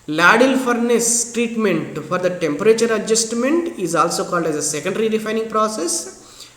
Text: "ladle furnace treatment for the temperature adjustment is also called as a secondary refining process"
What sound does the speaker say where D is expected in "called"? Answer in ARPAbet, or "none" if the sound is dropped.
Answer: D